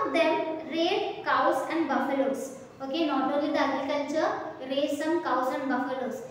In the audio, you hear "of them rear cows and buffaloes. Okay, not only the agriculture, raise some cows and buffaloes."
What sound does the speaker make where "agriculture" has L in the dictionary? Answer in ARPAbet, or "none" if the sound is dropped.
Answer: N